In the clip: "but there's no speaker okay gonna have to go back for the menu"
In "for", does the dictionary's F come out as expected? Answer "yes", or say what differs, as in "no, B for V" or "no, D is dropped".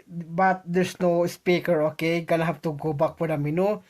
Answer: no, P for F